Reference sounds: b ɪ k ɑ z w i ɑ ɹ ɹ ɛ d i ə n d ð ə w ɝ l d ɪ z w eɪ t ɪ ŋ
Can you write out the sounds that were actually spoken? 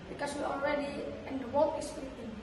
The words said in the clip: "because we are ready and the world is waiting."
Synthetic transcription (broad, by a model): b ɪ k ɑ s w i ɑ l ɹ ɛ d i ə n d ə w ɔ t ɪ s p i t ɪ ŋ